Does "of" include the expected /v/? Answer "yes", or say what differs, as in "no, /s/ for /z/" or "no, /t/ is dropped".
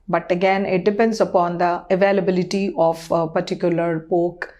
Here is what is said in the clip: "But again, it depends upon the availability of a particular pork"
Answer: no, /p/ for /v/